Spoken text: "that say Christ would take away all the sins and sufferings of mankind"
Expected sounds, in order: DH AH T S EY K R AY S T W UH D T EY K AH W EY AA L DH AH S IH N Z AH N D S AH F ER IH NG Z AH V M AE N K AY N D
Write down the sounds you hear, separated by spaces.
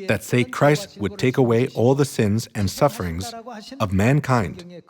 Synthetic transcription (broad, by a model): DH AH T S EY K R AY S T W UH D T EY K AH W EY AA L DH AH S IH N Z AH N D S AH F ER IH NG Z AH V M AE N K AY N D